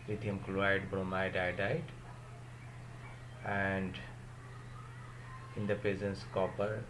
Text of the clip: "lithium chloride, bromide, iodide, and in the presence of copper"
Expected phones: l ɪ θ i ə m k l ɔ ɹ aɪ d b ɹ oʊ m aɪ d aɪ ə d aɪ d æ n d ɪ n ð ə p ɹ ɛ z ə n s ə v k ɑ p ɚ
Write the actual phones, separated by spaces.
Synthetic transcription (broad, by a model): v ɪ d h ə m k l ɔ aɪ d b ɹ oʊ m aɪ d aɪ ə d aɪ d æ n d ɪ n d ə p ɹ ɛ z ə n s k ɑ p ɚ